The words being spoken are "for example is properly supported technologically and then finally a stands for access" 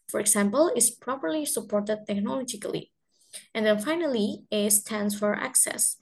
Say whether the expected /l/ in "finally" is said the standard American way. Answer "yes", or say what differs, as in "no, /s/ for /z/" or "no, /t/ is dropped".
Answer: yes